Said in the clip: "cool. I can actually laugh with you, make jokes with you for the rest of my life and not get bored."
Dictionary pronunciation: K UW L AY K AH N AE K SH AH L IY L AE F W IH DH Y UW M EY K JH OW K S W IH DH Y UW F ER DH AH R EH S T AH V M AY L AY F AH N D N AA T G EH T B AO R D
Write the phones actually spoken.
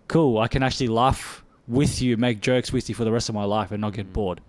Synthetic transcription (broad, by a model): K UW L AY K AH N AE K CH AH L IY L AE F W IH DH Y UW M EY K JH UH K S W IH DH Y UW F ER DH AH R EH S T AH V M AY L AY F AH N N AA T G EH T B AO R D